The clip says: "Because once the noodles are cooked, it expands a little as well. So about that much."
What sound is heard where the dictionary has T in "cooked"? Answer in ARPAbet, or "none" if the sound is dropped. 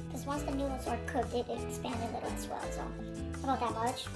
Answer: none